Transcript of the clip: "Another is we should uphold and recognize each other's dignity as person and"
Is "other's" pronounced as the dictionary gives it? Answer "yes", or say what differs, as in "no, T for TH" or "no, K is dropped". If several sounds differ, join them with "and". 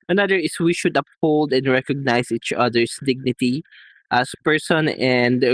no, S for Z